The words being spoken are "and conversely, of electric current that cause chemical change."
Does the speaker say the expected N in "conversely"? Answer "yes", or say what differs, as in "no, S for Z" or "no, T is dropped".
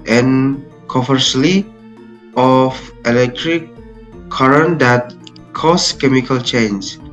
no, N is dropped